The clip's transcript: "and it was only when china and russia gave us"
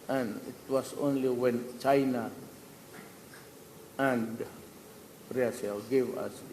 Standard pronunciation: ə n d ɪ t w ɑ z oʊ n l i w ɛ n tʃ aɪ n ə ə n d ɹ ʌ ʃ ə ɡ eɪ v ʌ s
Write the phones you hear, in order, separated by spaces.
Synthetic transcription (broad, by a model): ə n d ɪ t w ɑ s oʊ n l i w ɛ n tʃ aɪ n ə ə n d ɹ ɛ s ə ɡ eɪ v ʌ s